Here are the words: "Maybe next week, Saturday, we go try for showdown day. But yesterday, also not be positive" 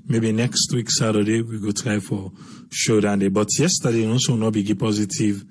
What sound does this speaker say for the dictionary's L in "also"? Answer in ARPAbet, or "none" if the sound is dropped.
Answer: none